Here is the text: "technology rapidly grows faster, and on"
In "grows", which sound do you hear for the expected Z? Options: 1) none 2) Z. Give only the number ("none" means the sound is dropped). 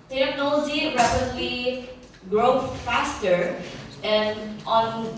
1